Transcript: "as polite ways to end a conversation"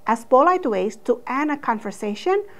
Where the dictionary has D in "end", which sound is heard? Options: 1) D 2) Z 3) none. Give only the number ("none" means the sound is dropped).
3